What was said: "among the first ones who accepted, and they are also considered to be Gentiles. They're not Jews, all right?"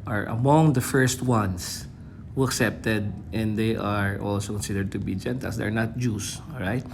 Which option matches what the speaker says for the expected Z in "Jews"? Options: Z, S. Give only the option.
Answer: S